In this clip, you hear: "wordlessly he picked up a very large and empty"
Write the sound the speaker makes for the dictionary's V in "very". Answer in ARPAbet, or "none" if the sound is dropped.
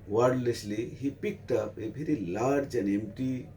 P